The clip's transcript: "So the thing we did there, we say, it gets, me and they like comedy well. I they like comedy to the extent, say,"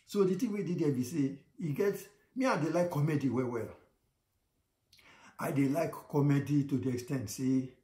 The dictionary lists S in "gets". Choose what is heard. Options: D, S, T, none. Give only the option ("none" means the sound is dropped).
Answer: none